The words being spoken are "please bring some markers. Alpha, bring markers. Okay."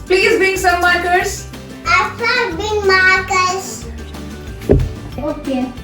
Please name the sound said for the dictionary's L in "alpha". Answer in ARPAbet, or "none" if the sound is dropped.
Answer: none